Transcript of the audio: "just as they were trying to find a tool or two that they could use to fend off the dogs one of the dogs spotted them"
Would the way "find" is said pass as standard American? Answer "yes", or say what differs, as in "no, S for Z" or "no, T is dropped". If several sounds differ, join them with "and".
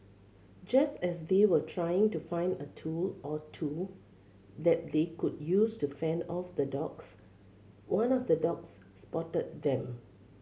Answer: yes